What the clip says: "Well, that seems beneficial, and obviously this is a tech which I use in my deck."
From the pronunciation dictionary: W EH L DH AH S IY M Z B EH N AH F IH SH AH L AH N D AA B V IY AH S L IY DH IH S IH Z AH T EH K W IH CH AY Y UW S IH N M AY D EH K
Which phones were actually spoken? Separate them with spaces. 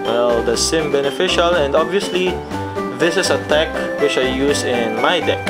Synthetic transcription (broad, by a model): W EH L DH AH S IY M B EH N AH F IH SH AH L AH N D AA B V IY AH S L IY DH IH S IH S AH T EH K W IH CH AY Y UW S IH N M AY D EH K